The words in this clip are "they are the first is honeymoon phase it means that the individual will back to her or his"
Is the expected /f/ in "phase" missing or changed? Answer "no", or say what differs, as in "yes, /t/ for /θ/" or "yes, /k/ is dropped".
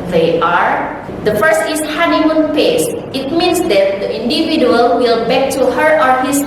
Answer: yes, /p/ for /f/